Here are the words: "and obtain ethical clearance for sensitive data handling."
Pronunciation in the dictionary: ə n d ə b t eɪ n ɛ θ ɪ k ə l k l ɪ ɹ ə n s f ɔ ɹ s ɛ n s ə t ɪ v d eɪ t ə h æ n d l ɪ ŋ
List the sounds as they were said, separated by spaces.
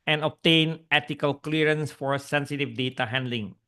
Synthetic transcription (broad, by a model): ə n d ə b t eɪ n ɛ t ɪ k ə l k l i ɹ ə n s f ɔ ɹ s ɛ n s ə t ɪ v d eɪ t ə h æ n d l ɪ ŋ